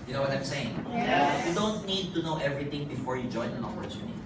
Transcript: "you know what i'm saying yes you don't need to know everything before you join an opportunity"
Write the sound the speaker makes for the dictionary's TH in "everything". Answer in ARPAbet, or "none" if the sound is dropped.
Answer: T